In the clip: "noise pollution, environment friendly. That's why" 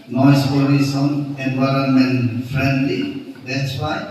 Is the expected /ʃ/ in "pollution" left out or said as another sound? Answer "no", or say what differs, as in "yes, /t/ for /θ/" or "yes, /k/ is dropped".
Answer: yes, /s/ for /ʃ/